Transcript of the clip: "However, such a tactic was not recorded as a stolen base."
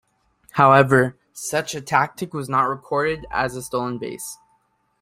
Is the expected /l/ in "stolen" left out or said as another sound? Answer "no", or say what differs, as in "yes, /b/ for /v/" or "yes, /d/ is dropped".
yes, /l/ is dropped